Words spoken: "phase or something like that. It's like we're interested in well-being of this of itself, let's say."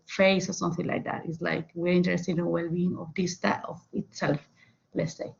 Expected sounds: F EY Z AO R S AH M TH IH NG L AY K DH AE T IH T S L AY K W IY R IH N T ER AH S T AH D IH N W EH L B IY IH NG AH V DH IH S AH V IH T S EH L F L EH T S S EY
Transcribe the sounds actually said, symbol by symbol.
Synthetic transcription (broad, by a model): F EY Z AO R S AH M TH IH NG L AY K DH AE T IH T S L AY K W IY R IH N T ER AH S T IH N W EH L B IY IH NG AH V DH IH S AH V IH T S EH L F L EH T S S EY